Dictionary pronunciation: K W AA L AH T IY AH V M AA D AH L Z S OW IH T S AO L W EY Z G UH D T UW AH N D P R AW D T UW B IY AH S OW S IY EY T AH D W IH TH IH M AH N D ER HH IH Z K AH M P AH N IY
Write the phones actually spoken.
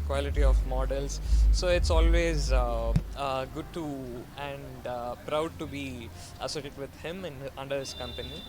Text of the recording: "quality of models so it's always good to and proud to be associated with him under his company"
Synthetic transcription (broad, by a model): K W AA L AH T IY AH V M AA D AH L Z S OW IH T S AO L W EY Z G UH D T UW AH N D P R AW D T UW B IY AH S OW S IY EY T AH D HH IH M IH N AH N D ER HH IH S K AH M P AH N IY